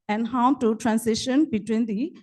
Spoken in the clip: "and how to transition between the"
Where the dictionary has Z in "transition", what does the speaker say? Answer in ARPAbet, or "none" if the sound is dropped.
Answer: S